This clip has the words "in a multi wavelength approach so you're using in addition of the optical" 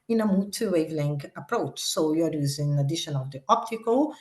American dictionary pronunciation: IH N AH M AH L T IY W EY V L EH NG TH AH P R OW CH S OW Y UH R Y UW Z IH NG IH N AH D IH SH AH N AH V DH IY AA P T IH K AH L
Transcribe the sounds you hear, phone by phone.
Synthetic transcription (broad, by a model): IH N AH M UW T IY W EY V L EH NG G AH P R OW CH S OW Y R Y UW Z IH IH N AH D IH SH AH N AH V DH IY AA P T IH K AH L